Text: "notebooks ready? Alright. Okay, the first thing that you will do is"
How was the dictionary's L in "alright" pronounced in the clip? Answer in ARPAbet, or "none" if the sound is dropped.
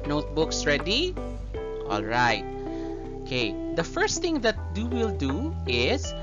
L